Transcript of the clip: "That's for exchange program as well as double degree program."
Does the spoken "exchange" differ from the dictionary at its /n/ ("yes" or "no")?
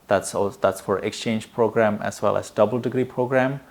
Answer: no